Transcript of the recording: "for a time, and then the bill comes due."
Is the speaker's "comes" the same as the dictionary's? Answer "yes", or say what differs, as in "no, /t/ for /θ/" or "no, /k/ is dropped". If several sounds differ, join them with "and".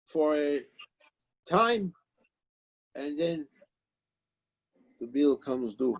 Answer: yes